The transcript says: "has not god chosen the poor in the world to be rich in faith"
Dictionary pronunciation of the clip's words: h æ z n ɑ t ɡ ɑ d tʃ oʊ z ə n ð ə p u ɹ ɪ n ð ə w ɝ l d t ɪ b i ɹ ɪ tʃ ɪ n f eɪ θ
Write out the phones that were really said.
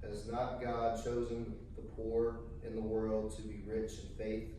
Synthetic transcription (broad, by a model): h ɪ z n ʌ t ɡ ɑ d tʃ oʊ z ə n ð ə p u ɹ ɪ n ð ə w ɝ l d t ɪ b i ɹ ɪ tʃ ɪ n f eɪ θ